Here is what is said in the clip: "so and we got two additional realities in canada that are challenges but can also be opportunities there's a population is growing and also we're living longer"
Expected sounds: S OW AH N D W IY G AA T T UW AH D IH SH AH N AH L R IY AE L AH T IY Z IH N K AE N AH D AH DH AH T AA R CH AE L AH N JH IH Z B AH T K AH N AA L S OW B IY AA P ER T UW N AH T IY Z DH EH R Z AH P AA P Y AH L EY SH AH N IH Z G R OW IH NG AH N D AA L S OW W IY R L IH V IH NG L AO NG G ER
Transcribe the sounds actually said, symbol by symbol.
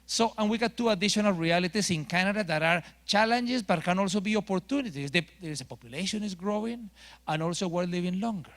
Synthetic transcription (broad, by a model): S OW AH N W IY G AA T T UW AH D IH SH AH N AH L R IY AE L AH T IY S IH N K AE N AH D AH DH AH T AA R CH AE L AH N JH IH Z B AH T K AH N AA L S OW B IY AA P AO T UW N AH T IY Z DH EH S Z AH P AA P Y AH L EY SH AH N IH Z G R OW IH NG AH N AA L S OW W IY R L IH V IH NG L AO NG G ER